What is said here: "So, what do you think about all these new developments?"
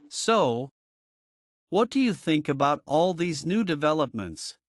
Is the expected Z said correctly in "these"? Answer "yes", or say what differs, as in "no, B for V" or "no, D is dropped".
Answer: yes